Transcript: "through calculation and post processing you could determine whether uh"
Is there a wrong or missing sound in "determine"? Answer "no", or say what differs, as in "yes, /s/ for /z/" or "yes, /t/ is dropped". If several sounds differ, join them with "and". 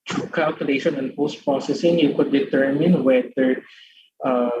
no